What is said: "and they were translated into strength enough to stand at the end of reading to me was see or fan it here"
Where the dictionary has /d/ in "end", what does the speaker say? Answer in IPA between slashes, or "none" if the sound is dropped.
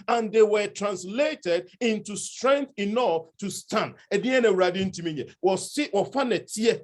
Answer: none